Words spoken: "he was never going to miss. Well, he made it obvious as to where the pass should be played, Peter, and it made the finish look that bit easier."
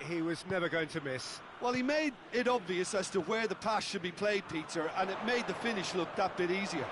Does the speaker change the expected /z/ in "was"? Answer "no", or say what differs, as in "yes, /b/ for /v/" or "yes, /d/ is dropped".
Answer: no